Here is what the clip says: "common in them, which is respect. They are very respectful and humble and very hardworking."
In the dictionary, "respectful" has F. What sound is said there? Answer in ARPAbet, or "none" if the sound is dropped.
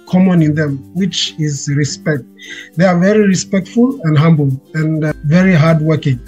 F